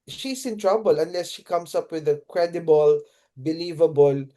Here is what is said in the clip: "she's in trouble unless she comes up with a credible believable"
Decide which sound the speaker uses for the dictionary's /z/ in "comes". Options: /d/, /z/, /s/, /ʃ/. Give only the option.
/s/